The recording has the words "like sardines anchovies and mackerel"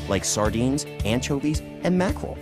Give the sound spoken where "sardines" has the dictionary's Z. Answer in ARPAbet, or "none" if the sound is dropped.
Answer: Z